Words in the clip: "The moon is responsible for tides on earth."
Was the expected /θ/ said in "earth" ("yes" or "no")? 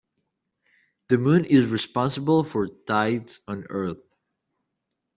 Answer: yes